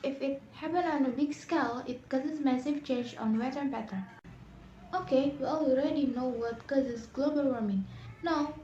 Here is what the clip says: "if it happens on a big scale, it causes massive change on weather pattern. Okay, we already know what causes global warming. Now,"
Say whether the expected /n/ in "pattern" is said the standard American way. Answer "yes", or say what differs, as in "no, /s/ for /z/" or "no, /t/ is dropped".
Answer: no, /n/ is dropped